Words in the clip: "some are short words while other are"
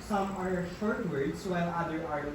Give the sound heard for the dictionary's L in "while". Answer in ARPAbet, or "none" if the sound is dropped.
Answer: N